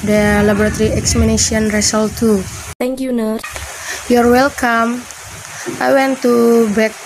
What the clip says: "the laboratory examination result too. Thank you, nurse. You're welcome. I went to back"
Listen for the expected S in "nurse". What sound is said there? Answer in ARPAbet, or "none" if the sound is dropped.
none